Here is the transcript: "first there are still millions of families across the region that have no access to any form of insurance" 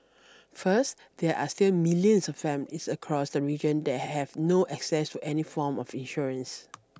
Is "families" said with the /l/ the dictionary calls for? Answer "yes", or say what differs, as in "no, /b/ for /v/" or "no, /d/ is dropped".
no, /l/ is dropped